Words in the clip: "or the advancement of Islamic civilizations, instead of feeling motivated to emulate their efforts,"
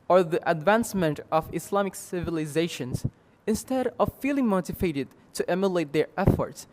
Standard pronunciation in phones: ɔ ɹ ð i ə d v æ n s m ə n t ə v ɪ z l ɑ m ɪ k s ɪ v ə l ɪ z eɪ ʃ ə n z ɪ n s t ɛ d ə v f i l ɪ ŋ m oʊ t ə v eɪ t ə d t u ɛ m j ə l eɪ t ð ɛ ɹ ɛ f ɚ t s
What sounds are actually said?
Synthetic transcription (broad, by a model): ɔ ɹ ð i ə d v æ n s m ə n t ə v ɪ s l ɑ m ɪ k s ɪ v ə l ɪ z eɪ ʃ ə n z ɪ n s t ɛ d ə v f i l ɪ ŋ m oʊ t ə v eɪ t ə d t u ɛ m j ə l eɪ t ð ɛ ɹ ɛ f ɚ t s